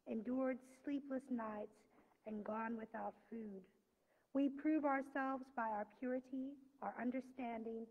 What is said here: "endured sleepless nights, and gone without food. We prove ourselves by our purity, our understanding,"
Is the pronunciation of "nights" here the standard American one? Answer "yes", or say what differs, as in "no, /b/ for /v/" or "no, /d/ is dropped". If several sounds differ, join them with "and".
yes